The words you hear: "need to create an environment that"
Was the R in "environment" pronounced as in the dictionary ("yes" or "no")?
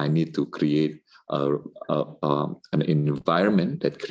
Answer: yes